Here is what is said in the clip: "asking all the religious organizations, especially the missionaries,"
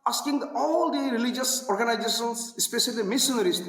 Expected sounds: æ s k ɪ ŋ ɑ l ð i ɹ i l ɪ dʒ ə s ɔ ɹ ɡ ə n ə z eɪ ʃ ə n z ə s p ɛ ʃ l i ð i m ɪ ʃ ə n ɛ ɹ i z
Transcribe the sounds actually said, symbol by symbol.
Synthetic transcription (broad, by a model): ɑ s k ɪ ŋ ɑ l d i ɹ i l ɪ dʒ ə s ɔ ɹ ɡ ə n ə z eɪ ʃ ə n s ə s p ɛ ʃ i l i m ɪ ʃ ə n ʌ ɹ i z